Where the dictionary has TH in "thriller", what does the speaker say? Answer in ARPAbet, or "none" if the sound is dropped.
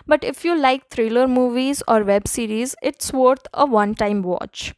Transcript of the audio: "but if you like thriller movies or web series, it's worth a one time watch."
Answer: T